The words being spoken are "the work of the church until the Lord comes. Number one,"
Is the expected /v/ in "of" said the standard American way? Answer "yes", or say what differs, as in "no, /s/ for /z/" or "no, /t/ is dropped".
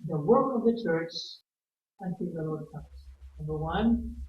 yes